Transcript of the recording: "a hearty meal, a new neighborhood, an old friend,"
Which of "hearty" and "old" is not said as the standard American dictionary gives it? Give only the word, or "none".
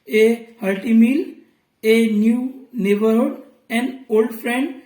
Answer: hearty